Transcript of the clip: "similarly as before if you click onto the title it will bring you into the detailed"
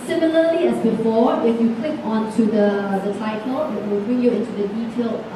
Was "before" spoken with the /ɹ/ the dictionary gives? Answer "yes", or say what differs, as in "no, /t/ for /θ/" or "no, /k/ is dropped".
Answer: no, /w/ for /ɹ/